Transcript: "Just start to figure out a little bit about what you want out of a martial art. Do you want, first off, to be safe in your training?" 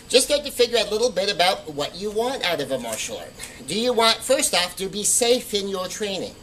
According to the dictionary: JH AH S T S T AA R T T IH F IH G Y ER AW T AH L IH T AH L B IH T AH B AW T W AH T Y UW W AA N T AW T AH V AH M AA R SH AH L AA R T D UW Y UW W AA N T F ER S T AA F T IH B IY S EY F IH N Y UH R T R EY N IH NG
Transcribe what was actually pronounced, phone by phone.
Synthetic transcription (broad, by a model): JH AH S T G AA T T IH F IH G Y ER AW AH L IH T L B IH T AH B AW T W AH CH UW W AA N T AW T AH V AH M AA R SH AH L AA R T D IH Y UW W AA N T F ER S T AA F T IH B IY S EY F IH N Y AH R T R EY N IH NG